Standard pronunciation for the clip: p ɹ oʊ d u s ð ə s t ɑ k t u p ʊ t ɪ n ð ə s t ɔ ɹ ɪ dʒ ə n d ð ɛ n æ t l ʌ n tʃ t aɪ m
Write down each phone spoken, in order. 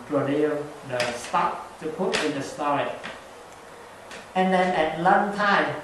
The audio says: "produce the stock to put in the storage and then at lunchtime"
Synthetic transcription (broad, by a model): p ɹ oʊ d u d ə s t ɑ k t u p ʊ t ɪ n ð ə s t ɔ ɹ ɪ ə n d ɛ n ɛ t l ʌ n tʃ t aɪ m